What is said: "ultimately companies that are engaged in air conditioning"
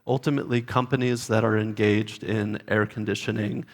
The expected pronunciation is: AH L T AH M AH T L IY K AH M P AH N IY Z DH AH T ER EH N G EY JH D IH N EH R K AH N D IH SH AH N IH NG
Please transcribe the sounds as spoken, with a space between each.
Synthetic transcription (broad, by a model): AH L T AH M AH T L IY K AH M P AH N IY Z DH AH T ER EH N G EY JH D IH N EH R K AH N D IH SH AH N IH NG